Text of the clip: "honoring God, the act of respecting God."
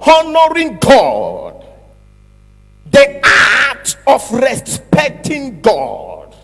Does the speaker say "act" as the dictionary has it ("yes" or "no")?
no